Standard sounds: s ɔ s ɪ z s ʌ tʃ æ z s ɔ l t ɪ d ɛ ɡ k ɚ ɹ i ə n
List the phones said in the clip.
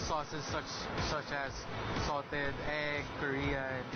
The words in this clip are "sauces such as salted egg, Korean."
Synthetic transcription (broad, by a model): s ɔ s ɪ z s ʌ tʃ æ z s ɔ t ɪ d ɛ ɡ k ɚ ɹ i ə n